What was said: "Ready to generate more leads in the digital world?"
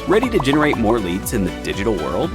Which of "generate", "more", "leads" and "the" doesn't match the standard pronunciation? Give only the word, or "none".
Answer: none